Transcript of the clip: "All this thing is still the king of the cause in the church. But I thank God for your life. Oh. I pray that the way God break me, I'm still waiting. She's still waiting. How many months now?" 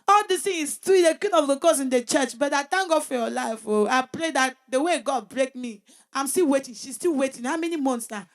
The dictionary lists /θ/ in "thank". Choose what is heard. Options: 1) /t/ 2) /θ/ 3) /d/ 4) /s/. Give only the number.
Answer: 1